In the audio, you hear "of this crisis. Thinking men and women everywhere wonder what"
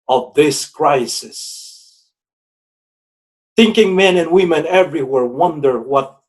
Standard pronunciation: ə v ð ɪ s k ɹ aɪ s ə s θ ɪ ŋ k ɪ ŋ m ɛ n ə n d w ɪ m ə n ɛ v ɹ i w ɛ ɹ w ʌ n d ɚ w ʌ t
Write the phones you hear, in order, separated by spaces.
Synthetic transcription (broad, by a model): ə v ð ɪ s k ɹ aɪ s ə s θ ɪ ŋ k ɪ ŋ m ɛ n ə n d w ɪ m ə n ɛ v ɹ i w ɛ ɹ w ʌ n d ɚ w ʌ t